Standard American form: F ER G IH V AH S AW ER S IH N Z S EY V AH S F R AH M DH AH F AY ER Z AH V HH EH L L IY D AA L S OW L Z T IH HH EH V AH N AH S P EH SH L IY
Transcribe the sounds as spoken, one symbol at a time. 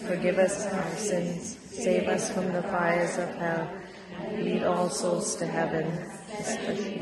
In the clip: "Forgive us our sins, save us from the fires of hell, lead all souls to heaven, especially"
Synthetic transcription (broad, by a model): F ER G IH V AH S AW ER S IH N Z S EY V AH S F R AH M DH AH F AY ER Z AH V HH EH L L IY D AA L S OW L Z T IH HH EH V AH N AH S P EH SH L